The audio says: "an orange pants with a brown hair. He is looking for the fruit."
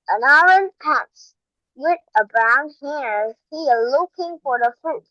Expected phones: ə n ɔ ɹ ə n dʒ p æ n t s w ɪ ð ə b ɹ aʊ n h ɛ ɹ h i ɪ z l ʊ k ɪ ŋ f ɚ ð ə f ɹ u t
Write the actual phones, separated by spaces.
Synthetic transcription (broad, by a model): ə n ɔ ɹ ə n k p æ t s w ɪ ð ə b ɹ aʊ n h ɛ ɹ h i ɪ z l ʊ k ɪ ŋ f ɚ ð ə f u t